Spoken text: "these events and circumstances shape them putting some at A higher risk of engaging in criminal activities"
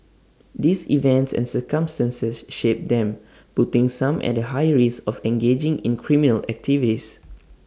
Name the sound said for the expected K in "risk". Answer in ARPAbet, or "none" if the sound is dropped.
none